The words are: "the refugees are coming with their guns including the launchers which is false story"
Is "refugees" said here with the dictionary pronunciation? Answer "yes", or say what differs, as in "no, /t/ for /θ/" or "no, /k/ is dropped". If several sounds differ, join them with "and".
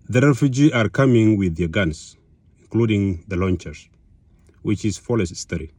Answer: no, /z/ is dropped